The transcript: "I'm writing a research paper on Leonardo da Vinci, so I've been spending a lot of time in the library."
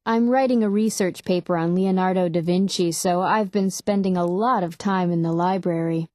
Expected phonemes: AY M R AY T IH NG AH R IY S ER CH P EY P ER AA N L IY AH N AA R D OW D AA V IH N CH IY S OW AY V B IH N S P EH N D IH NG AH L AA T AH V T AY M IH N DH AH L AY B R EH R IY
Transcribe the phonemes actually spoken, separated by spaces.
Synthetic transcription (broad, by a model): AY M R AY T IH NG AH R IY S ER CH P EY P ER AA N L IY AH N AA R D OW D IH V IH N CH IY S OW AY V B IH N S P EH N D IH NG AH L AA T AH V T AY M IH N DH AH L AY B R EH R IY